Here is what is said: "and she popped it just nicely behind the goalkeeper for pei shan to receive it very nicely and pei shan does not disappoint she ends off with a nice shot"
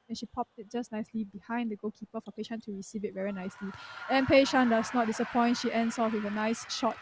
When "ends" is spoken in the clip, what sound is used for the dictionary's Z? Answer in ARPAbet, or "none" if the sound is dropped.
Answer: S